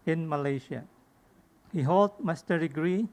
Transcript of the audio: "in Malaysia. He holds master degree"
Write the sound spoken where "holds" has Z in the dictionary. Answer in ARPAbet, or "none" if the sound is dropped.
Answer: none